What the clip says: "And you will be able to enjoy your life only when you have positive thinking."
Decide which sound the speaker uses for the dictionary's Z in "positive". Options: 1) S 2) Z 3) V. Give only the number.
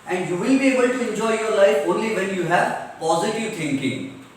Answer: 2